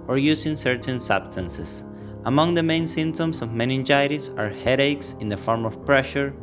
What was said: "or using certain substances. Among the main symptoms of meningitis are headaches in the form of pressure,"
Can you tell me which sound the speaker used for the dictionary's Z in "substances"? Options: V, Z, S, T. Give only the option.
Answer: S